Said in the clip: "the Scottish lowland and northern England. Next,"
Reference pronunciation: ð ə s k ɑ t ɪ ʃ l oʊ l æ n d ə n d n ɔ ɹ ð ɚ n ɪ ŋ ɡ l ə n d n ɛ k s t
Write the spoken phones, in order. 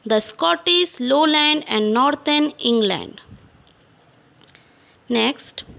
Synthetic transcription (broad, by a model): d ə s k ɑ t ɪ s l oʊ l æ n d ə n d n ɔ ɹ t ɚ n ɪ ŋ ɡ l ə n d n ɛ k s t